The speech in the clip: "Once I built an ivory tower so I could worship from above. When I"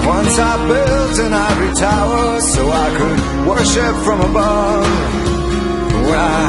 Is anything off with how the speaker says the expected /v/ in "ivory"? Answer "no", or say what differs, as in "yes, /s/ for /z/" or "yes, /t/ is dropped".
yes, /v/ is dropped